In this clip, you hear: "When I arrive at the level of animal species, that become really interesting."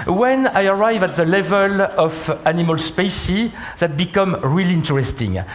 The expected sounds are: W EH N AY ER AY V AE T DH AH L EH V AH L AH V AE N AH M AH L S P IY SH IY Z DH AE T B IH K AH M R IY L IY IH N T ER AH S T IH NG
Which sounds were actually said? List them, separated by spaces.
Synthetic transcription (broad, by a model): W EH N AY ER AY V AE T DH AH L EH V AH L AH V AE N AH M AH L S P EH S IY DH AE T B IH K AH M R IY L IY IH N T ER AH S T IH NG